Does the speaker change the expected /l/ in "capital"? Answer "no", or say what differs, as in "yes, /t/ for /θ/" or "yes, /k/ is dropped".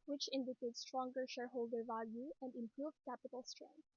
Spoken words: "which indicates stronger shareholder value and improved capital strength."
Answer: no